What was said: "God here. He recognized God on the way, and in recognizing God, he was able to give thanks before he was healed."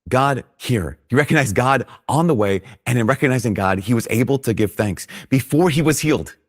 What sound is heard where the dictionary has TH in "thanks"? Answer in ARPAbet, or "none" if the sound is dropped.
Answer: TH